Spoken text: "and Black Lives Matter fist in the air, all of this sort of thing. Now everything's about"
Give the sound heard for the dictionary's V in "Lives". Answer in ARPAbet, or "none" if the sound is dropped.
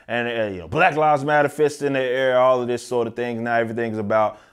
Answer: none